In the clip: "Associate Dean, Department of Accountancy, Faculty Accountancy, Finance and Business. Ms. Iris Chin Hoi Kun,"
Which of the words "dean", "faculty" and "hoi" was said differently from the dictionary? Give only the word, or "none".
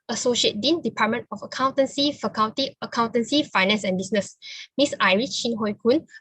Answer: faculty